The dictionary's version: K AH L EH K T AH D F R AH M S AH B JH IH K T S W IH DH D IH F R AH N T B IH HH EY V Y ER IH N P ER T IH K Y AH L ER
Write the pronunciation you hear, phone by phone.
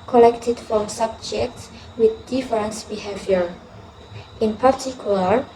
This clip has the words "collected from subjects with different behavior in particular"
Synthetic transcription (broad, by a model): K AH L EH K T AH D F R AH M S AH B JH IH K T S W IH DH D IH F R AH N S B IH HH EY V Y ER IH N P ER T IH K Y L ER